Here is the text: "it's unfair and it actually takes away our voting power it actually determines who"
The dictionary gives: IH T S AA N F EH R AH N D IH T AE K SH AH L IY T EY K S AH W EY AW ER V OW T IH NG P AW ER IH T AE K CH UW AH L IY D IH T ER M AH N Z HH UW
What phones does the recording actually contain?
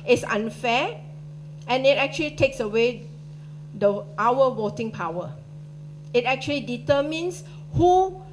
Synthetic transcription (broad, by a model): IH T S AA N F EH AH N IH T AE K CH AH L IY T EY K S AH W EY AW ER W OW T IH NG P AW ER IH T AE K CH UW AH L IY D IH T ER M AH N S HH UW